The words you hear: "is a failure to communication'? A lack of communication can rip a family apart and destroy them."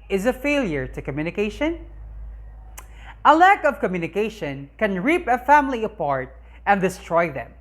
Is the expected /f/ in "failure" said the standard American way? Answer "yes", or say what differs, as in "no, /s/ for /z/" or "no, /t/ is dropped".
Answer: yes